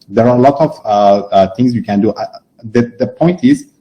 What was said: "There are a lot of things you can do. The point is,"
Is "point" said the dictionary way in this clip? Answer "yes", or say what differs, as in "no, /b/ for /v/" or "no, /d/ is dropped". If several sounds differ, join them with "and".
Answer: yes